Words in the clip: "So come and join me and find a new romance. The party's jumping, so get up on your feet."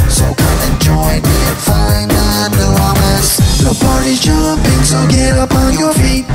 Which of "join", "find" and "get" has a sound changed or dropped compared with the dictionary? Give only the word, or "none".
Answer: find